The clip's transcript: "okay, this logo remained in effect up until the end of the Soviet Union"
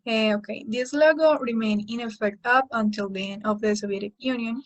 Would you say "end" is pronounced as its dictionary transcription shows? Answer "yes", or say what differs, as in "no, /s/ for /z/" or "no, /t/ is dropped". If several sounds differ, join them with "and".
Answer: no, /d/ is dropped